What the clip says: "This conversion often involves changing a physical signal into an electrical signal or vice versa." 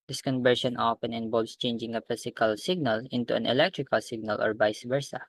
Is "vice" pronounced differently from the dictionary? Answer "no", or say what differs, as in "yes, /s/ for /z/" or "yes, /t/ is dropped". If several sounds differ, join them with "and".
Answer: yes, /b/ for /v/